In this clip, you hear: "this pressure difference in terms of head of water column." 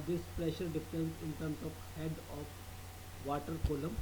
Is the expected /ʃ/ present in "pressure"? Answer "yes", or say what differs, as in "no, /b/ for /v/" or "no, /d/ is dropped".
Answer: yes